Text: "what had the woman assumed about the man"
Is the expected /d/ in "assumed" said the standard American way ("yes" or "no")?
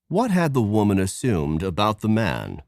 yes